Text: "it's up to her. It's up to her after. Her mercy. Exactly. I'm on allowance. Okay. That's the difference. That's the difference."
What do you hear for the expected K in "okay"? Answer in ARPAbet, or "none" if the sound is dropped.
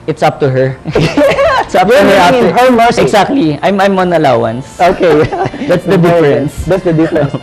K